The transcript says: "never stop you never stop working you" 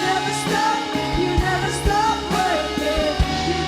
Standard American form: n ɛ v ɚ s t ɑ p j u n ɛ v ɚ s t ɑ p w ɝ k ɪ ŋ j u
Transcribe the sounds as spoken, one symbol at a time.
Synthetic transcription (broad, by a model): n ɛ v ɚ s t ɑ p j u n ɛ v ɚ s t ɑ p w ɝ ɪ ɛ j